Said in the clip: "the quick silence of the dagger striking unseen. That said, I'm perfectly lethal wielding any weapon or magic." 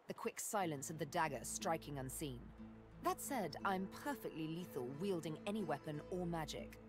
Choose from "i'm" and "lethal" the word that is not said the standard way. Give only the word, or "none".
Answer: none